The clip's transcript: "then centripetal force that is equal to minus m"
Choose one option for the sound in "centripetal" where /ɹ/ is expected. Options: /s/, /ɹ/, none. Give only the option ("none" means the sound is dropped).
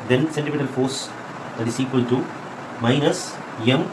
none